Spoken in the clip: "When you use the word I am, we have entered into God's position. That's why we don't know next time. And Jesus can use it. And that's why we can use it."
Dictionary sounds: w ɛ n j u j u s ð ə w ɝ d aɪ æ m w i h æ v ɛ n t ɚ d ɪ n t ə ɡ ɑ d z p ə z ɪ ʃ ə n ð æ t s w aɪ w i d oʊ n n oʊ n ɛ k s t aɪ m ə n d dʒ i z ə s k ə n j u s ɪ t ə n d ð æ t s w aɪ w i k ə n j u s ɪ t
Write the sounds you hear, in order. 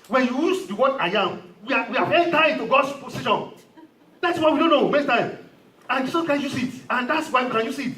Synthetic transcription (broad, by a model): w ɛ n j u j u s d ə w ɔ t aɪ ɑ m w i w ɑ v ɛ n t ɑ ɪ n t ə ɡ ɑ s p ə s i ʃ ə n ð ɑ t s w aɪ w i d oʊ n n oʊ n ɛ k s t aɪ m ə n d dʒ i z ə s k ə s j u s ɪ t ə n d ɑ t s w aɪ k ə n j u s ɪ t